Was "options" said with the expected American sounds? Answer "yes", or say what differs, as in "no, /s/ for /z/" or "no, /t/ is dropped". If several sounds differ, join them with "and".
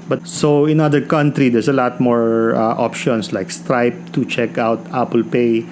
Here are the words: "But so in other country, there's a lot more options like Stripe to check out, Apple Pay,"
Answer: no, /s/ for /z/